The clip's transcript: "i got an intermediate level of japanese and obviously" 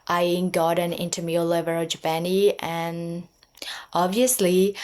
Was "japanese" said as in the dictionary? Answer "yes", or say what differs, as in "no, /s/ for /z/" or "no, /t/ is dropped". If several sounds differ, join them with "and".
no, /z/ is dropped